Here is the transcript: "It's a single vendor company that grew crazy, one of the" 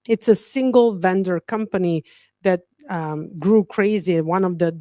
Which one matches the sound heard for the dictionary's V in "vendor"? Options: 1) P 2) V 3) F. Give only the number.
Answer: 2